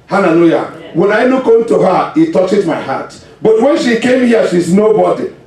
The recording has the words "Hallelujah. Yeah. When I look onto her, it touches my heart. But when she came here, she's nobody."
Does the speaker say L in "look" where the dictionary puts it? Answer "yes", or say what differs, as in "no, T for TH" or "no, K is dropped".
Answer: no, N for L